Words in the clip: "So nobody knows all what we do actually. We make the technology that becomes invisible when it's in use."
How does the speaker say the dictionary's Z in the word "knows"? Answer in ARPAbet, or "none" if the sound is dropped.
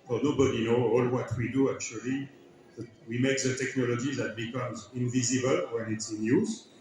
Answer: none